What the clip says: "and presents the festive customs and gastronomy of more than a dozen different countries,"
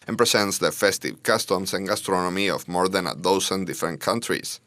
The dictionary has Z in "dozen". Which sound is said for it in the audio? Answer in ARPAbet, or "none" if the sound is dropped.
S